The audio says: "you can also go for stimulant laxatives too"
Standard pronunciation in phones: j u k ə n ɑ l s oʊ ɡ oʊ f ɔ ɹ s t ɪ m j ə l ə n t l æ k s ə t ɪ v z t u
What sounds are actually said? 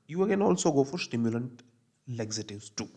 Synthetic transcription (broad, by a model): j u k ə n ɑ l s oʊ ɡ oʊ f ɔ ɹ s t ɪ m j ə l ə n t l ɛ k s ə t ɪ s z t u